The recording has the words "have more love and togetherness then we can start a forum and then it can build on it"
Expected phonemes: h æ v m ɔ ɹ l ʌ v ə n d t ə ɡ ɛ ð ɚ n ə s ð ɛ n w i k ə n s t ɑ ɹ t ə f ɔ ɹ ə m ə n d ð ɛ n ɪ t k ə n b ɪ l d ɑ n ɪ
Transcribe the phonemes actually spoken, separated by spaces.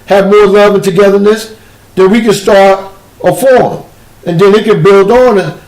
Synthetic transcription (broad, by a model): h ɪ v m ɔ ɹ l ʌ v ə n t ə ɡ ɛ ð ɚ n ə s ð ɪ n w i k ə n s t ɑ ɹ t ə f ɔ ɹ m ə n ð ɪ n ɪ t k ə n b ɪ l d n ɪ